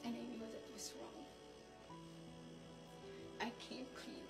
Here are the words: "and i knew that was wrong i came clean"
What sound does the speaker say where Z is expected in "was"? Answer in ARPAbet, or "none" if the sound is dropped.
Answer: S